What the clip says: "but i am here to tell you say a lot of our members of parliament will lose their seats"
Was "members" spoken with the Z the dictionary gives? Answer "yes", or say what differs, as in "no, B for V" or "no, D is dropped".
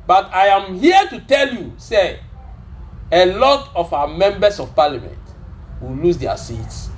no, S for Z